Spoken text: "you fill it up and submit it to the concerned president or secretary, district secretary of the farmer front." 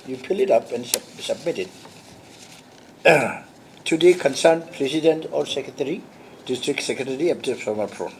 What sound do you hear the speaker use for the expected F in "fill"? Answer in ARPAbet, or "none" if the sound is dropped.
P